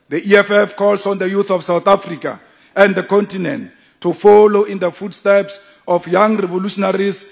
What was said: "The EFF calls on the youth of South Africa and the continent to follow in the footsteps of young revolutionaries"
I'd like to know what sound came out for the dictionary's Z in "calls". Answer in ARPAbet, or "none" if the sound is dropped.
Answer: S